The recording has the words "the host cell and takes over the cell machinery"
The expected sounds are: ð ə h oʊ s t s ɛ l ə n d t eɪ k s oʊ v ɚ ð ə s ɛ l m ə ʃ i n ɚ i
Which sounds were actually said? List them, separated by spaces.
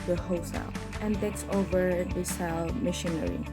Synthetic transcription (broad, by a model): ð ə h oʊ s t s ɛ l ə n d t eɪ k s oʊ v ɚ ð ə s ɛ l m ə ʃ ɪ n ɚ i